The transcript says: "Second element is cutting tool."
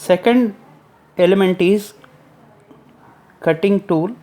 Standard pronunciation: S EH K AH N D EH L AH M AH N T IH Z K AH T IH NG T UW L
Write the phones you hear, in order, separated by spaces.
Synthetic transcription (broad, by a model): S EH K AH N D EH L AH M AH N T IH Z K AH T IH NG T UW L